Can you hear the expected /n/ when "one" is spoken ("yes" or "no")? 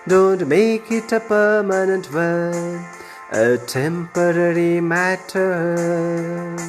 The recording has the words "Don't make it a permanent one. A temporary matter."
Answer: no